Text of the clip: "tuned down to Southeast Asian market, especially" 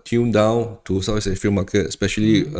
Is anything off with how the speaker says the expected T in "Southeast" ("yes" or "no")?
yes